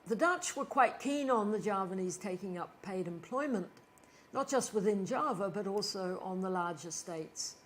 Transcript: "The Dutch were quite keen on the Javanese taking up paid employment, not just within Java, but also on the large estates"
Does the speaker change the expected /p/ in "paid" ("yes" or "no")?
no